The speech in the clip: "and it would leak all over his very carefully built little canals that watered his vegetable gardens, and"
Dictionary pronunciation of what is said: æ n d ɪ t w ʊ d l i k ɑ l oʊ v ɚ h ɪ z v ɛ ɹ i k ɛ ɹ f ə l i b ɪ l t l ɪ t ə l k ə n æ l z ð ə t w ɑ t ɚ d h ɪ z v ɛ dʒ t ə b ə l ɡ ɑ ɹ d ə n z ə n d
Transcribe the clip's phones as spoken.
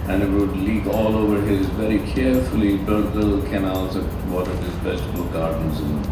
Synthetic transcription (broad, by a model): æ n ɪ t w ʊ d l i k ɑ l oʊ v ɚ h ɪ z v ɛ ɹ i k ɛ ɹ f ə l i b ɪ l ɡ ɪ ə l k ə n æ l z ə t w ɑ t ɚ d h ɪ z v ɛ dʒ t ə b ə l ɡ ɑ ɹ d ə n z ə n